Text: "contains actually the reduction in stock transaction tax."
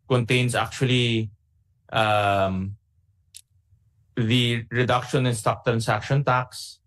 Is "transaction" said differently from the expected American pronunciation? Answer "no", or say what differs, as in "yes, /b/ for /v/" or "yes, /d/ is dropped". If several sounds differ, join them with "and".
yes, /s/ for /z/